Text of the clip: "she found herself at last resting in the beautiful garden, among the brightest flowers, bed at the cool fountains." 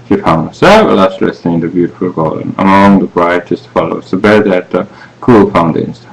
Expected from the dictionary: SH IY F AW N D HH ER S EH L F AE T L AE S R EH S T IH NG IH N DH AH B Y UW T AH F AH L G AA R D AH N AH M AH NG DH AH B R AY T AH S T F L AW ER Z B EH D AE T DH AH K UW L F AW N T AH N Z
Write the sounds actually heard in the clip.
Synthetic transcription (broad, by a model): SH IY F AW N D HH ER S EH L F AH L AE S L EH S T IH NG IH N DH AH B Y UW T AH F AH L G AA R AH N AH M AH NG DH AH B R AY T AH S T F L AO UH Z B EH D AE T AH K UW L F AW N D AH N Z